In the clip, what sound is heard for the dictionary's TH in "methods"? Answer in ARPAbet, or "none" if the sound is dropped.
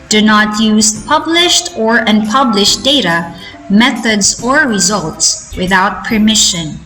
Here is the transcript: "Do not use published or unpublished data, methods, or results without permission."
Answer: TH